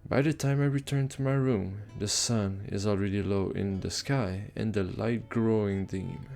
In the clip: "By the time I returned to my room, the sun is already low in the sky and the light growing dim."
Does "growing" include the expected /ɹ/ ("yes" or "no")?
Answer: yes